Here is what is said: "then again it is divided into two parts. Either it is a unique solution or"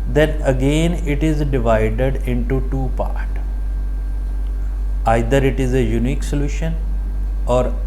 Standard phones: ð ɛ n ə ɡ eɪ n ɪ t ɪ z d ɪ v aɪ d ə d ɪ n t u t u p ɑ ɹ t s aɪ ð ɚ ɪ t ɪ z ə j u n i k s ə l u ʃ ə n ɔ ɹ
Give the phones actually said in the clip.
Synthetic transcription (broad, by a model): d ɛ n ə ɡ eɪ n ɪ t ɪ z d ɪ v aɪ d ə d ɪ n t u t u p ɑ ɹ t aɪ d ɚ ɪ t ɪ z ə j u n i k s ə l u ʃ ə n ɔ ɹ